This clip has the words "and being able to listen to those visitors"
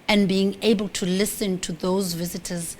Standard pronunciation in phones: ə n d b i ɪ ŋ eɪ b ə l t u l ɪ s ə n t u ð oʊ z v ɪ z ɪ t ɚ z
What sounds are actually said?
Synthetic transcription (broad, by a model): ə n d b i ɪ ŋ eɪ b ə l t u l ɪ s ə n t u ð oʊ z v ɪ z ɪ t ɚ z